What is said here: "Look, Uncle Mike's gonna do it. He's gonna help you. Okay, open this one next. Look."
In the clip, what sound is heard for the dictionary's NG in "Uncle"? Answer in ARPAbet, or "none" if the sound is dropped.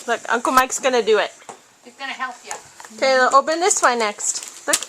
NG